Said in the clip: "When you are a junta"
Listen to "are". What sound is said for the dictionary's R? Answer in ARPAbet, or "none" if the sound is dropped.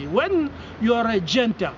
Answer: R